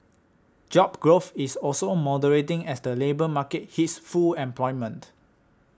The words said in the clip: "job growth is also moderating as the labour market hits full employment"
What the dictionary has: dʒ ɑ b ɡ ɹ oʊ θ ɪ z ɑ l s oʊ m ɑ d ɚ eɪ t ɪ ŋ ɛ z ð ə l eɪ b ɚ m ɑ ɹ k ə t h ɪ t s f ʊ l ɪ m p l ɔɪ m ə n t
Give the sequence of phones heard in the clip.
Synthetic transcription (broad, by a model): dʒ ɑ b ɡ ɹ oʊ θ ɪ s ɑ l s oʊ m ɑ d ɚ eɪ t ɪ ŋ ɛ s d ə l eɪ b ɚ m ɑ k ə t h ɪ t s f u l ɪ m p l ɔɪ m ə n t